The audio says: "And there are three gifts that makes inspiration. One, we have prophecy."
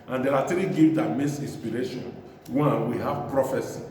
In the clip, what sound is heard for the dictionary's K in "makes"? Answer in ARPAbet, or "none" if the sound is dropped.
none